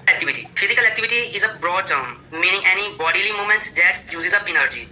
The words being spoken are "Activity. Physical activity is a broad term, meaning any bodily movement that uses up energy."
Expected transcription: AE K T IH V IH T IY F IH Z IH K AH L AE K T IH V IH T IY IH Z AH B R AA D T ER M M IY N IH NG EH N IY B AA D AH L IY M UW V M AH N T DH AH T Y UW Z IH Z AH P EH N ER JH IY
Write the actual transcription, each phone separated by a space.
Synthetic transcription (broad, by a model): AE K T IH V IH T IY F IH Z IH K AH L AE K T IH V IH T IY IH Z AH B R AA D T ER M M IY N IH NG EH N IY B AA D AH L IY M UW M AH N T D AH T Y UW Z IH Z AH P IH N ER JH IY